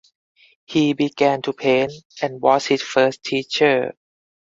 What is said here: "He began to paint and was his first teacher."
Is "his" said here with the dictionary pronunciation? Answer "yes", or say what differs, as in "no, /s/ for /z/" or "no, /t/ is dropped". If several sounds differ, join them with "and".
no, /s/ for /z/